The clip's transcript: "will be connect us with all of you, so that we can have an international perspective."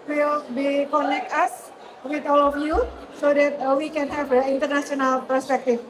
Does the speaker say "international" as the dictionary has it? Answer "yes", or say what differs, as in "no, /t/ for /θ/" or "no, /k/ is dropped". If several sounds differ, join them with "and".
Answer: no, /s/ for /ʃ/